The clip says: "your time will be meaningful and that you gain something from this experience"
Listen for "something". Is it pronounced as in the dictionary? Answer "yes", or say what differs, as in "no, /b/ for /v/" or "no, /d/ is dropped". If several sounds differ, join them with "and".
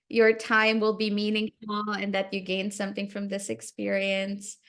yes